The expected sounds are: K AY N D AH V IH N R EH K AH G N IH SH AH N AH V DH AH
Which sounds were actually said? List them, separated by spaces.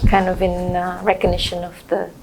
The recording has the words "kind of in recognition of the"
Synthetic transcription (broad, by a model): K AY N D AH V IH N R EH K AH G N IH SH AH N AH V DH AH